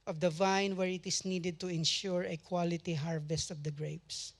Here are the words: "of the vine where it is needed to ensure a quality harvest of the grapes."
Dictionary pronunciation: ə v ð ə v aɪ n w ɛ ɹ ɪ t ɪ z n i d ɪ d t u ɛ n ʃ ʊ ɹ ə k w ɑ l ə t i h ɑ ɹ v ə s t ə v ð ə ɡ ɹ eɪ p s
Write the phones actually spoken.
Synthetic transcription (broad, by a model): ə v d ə v aɪ n w ɛ ɹ ɪ t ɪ s n i d ɪ d t u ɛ n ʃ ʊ ɹ ə k w ɑ l ə t i h ɑ ɹ v ə s t ə v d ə ɡ ɹ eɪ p s